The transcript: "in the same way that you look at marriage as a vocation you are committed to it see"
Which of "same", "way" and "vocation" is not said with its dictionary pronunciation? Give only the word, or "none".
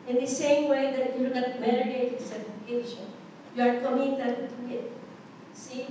vocation